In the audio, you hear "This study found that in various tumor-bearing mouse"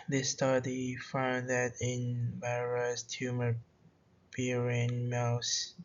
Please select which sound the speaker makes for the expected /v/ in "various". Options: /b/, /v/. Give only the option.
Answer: /b/